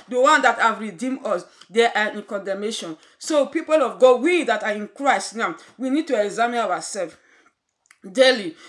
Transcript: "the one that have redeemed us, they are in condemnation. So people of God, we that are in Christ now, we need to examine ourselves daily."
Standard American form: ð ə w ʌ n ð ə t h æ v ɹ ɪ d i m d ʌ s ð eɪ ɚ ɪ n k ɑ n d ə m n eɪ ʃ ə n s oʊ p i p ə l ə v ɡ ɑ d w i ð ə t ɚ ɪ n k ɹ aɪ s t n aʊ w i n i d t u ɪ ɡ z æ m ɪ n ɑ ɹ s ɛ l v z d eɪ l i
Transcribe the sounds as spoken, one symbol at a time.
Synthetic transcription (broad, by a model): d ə w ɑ n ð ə t h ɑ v ɹ ɪ d i m d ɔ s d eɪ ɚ ɪ n k ɑ n d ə m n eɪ ʃ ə n s oʊ p i p ə l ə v ɡ ɑ d w i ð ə t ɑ ɪ n k ɹ aɪ s t n aʊ w i n i d t u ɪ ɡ z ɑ m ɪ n ɑ w s ɛ l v d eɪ l i